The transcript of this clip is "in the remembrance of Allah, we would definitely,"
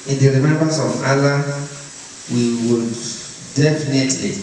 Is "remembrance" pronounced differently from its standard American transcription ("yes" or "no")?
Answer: yes